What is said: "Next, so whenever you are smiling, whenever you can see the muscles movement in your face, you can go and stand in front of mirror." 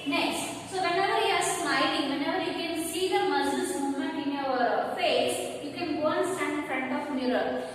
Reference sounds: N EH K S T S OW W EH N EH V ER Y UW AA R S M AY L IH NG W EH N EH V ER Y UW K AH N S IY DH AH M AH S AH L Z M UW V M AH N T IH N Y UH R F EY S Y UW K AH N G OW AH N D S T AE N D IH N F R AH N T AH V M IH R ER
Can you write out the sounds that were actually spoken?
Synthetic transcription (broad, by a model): N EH K S T S OW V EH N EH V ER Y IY AA R S M AY L IH NG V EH N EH V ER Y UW K AH N S IY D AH M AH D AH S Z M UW M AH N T IH N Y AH R F EY S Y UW K AH N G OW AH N S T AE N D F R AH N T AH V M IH R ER